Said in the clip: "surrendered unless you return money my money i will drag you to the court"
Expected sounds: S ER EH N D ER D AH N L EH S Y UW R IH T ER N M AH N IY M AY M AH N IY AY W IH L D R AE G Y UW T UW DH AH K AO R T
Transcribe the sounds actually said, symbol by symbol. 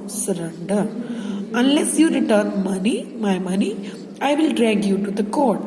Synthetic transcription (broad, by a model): S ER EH N D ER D AH N L EH S Y UW R IH T ER N M AH N IY M AY M AH N IY AY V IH L D R AE G Y UW T UW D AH K AO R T